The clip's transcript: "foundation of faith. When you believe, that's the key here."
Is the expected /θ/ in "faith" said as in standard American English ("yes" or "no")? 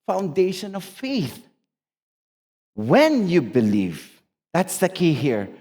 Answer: yes